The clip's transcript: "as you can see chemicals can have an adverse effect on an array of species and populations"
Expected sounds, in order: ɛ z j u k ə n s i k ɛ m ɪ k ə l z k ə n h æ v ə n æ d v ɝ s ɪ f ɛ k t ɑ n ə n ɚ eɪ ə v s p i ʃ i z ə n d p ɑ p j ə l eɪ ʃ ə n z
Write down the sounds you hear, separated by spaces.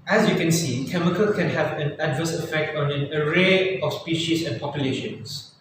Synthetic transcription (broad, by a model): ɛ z j u k ə n s i k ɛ m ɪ k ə l k ə n h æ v ə n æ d v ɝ s ɪ f ɛ k t ɑ n ə n ɚ eɪ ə f s p i ʃ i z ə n p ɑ p j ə l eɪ ʃ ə n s